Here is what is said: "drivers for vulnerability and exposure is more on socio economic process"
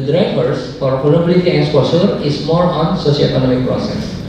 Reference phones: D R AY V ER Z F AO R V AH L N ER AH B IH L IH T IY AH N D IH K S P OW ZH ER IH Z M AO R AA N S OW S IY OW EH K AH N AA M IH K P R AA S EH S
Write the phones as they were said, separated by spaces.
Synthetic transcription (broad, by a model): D R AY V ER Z F AO R P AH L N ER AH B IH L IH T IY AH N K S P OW S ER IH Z M AO R AA N S OW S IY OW EH K AH N AA M IH K P R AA S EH S